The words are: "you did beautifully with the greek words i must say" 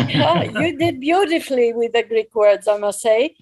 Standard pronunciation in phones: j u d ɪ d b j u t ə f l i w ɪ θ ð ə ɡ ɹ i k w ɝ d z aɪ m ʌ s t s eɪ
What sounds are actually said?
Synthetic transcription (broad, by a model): j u d ɪ d b j u t ə f l i w ɪ ð ə ɡ ɹ i k w ɝ d z aɪ m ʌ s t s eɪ